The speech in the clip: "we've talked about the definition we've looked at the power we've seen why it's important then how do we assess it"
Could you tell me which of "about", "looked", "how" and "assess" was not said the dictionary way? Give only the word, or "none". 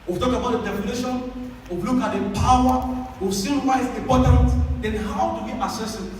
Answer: looked